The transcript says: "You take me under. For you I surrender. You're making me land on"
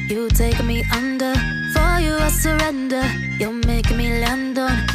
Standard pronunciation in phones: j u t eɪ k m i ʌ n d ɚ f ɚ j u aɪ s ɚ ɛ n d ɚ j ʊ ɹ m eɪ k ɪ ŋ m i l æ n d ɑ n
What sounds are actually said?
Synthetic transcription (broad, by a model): j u t eɪ k m i ʌ n d ɚ f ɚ j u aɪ s ɚ ɛ n d ɚ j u l m eɪ ɪ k m i l æ n d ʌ